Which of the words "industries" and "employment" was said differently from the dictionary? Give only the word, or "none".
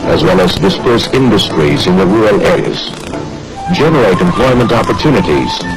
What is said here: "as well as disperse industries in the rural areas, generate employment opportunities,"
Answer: none